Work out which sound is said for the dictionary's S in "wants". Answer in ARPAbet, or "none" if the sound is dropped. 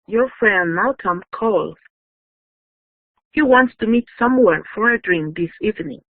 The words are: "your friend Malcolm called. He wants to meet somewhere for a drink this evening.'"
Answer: S